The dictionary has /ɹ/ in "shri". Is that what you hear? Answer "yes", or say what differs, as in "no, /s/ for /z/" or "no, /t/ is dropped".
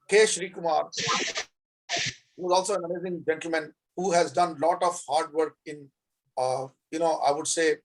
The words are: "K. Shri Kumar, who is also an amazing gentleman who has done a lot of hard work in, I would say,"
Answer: yes